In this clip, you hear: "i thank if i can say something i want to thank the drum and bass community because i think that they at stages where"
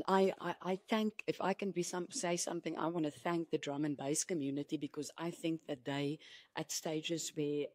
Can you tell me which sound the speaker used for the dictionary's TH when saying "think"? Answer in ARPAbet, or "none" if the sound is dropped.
TH